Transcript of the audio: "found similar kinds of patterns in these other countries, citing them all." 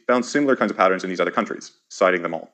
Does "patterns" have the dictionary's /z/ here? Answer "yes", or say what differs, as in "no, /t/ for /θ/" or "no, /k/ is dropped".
yes